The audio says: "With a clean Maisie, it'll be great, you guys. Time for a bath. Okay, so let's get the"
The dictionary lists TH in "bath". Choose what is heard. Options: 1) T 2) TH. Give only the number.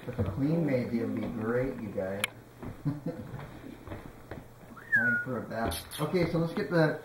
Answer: 1